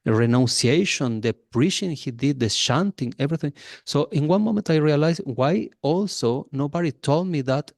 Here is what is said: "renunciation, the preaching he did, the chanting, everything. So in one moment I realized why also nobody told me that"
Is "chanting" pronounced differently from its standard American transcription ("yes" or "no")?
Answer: yes